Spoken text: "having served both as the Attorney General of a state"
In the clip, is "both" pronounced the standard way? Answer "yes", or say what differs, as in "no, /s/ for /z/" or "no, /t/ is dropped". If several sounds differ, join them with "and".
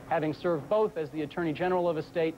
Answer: yes